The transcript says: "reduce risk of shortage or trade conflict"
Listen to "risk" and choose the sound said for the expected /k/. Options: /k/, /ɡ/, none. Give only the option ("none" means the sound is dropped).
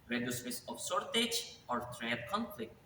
none